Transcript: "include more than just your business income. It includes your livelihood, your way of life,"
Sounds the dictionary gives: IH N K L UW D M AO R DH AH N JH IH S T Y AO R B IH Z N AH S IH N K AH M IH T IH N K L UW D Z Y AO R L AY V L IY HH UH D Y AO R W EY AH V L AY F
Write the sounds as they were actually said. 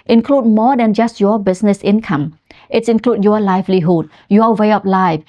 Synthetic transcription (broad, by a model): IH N K L UW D M AO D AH N JH IH S T Y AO B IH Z N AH S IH N K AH M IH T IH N K L UW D Y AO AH L AY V L IY HH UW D Y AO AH W EY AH P L AY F